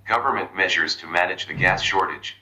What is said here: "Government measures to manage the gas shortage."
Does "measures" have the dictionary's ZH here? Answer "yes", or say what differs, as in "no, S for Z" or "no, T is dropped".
yes